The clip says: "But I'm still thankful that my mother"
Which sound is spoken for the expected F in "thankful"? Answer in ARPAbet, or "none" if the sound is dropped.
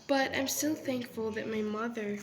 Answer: F